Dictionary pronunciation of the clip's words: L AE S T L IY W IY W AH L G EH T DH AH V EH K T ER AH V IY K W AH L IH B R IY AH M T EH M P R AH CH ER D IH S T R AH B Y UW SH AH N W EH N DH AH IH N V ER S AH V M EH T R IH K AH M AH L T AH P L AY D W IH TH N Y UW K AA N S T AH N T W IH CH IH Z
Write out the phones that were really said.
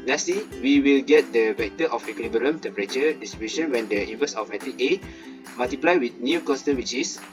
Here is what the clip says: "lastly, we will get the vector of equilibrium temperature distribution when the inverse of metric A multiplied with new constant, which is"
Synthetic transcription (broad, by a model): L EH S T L IY W IY W AH L G EH T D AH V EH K T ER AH F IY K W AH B IY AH M T EH M P R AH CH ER D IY S T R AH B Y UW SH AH N W EH N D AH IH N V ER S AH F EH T IH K AH M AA L T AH P L AY W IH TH N Y UW K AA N S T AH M W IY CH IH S